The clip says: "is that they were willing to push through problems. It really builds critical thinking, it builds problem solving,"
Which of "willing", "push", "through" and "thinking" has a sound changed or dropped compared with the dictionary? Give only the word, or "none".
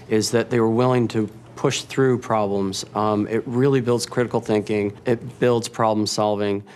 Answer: none